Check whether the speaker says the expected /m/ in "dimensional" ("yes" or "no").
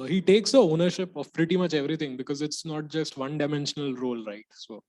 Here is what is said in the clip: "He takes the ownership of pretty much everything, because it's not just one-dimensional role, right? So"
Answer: yes